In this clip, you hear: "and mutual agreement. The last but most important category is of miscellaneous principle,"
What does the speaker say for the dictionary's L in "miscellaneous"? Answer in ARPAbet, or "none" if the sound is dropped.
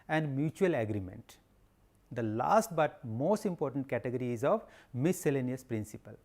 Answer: L